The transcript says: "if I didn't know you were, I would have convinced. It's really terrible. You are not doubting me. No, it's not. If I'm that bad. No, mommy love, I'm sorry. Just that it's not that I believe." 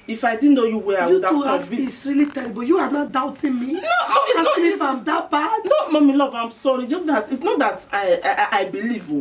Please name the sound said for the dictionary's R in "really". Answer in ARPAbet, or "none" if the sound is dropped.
R